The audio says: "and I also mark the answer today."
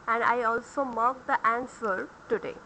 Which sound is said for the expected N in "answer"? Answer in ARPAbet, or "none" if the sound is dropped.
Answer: N